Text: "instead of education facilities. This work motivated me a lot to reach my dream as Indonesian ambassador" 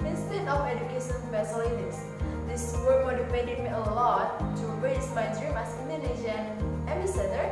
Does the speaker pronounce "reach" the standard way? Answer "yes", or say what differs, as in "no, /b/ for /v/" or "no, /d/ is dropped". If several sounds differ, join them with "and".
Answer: no, /s/ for /tʃ/